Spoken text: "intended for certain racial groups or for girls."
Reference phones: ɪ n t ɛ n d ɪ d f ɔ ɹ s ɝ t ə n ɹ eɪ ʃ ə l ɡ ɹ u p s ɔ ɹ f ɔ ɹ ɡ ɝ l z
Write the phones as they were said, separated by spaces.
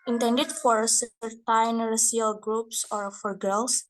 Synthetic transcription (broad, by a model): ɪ n t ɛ n d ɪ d f ɔ ɹ s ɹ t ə n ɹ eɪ s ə l ɡ ɹ u p s ɔ ɹ f ɔ ɹ ɡ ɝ l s